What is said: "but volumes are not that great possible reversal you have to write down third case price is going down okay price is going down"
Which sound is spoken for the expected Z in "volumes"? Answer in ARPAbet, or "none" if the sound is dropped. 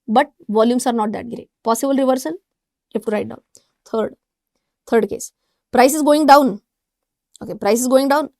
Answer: S